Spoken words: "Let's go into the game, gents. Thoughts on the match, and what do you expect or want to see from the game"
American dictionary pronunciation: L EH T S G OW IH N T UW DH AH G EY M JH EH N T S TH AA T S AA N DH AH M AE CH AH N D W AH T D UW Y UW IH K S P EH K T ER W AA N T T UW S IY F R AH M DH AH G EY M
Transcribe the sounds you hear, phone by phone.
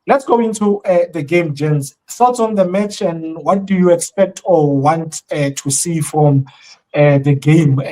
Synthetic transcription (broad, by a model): L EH T S G OW IH N T UW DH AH G EY M JH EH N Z S T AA T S AA N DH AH M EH CH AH N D W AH T D UW Y UW IH K S P EH K T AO W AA N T T UW S IY F R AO M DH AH G EY M